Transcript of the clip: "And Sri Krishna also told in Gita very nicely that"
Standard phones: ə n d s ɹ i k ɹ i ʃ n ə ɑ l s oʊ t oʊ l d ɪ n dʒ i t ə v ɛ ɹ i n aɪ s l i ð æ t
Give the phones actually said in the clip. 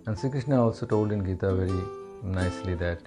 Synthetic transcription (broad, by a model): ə n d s i k ɹ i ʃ n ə ɑ l s oʊ t oʊ l d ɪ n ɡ i t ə v ɛ ɹ i n aɪ s l i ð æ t